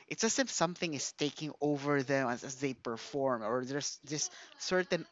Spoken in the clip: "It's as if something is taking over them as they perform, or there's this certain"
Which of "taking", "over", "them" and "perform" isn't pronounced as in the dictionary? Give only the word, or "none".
none